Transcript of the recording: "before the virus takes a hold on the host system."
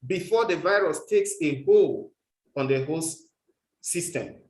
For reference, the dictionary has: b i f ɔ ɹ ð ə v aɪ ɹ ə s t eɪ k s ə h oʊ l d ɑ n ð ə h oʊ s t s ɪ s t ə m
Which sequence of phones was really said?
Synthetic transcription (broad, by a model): b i f ɔ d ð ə v aɪ ɹ ə s t eɪ k s ə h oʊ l ɑ n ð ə h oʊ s s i s t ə m